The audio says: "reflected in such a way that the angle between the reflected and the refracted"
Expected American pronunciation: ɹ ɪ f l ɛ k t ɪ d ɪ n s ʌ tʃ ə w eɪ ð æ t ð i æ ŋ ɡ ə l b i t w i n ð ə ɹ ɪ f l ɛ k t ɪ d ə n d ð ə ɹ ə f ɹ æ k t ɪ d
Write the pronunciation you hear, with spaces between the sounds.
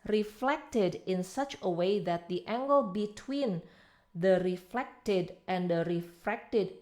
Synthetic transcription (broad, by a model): ɹ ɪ f l ɛ k t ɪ d ɪ n s ʌ tʃ ə w eɪ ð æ t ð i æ ŋ ɡ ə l b i t w i n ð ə ɹ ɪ f l ɛ k t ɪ d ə n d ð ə ɹ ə f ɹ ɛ k t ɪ d